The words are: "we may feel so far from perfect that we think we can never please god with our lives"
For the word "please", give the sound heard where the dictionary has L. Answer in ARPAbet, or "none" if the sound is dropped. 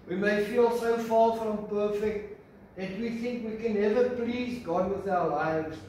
L